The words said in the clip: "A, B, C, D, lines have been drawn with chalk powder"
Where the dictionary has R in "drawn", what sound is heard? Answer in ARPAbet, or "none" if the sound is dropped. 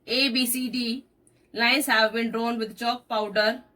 R